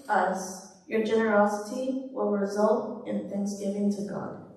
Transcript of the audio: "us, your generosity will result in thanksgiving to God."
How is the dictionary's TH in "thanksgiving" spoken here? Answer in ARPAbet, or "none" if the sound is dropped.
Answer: TH